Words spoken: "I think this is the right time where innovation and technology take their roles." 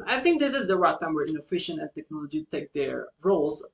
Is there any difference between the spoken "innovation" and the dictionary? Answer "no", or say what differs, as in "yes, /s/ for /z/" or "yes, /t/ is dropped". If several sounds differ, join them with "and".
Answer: yes, /f/ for /v/